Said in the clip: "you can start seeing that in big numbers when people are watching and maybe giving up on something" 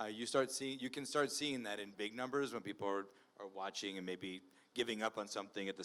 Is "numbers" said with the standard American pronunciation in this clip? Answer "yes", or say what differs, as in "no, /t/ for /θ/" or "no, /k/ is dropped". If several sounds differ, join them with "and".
yes